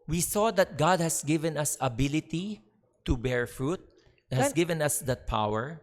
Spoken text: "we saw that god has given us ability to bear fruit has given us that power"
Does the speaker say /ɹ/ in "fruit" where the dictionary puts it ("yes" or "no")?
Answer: yes